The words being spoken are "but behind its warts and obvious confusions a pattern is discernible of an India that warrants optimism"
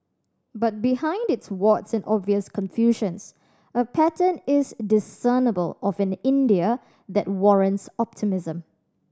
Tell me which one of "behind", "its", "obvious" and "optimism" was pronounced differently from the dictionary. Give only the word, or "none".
none